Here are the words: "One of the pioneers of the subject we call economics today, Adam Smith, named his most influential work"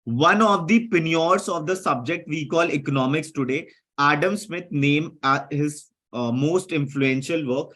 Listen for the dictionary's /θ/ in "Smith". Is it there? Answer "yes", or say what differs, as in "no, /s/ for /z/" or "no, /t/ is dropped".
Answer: no, /t/ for /θ/